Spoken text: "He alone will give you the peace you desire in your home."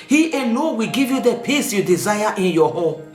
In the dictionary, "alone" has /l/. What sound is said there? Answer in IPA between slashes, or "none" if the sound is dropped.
/n/